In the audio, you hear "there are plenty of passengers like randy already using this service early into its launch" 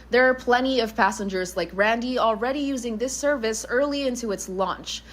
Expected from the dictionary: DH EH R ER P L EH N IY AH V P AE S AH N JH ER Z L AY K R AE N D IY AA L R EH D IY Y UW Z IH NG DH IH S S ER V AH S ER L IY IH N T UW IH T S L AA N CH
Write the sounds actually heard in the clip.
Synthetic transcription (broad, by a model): DH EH R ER P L EH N IY AH V P AE S AH N JH ER Z L AY K R AE N D IY AA L R EH D IY Y UW Z IH NG DH IH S S ER V AH S ER L IY IH N T UW IH T S L AA N CH